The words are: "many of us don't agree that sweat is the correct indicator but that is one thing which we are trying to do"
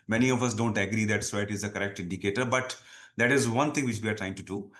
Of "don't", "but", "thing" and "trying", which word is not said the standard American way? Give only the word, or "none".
thing